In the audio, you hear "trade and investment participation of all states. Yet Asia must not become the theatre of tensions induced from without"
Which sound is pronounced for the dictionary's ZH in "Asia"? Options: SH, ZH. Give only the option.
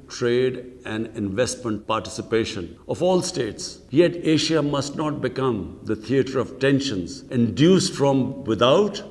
SH